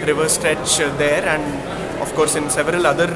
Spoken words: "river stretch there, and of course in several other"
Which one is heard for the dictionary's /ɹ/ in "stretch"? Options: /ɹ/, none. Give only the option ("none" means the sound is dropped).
/ɹ/